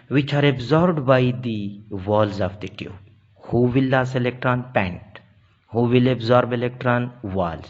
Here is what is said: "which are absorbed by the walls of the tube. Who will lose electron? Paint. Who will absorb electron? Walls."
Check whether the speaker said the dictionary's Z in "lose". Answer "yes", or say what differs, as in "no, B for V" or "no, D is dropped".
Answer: no, S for Z